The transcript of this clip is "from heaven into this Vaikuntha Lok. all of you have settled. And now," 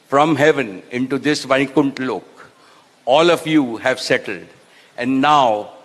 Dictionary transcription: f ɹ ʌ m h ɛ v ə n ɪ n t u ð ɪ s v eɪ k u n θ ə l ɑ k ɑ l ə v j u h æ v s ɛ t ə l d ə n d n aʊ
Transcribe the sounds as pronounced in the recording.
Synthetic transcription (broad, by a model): f ɹ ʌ m h ɛ v ə n ɪ n t u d ɪ s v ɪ k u n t l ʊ k ɑ l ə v j u h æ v s ɛ t ə l d ə n d n aʊ